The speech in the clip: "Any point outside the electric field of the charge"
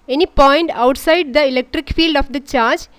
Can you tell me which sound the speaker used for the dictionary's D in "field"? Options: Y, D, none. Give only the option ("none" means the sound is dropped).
D